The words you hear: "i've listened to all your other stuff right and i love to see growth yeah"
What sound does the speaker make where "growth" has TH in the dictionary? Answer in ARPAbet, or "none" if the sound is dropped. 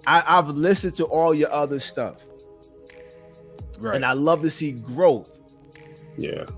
TH